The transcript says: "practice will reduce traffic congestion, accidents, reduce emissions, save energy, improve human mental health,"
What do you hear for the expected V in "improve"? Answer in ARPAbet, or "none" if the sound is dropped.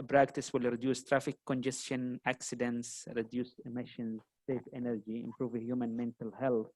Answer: V